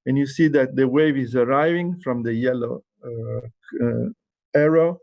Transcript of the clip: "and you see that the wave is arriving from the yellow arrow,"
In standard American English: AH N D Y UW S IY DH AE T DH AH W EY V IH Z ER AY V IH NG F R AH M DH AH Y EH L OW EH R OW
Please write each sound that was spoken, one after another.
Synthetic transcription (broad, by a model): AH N Y UW S IY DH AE T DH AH W EY V IH Z ER AY V IH NG F R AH M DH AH Y EH L OW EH R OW